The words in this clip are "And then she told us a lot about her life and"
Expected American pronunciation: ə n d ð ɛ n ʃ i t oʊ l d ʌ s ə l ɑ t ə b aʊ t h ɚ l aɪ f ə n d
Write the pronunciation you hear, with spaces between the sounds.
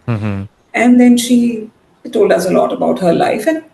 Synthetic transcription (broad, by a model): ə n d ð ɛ n ʃ i t oʊ l d ʌ s ə l ɑ t ə b aʊ t h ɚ l aɪ f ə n